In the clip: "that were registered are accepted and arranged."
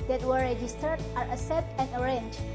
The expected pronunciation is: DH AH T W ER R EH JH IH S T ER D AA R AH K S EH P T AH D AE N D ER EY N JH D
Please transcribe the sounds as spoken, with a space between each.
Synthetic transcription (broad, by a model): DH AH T W ER R EH JH IH S T ER D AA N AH S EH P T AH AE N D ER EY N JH